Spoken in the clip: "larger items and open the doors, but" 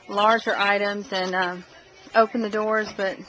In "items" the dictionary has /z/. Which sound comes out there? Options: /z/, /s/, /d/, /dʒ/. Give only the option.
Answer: /z/